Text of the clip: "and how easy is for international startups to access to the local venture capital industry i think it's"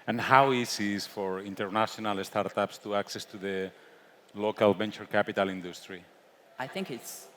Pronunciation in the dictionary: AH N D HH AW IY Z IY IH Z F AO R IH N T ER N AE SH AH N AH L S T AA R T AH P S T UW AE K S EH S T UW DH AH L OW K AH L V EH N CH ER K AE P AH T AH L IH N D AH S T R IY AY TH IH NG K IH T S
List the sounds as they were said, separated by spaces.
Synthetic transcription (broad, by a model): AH N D HH AW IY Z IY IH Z F AO R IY N T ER N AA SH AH N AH L S T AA R T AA P S T UW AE K S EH S T UW DH AH L OW K AH L B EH N CH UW K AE P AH T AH L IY N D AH S T R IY AY TH IH NG K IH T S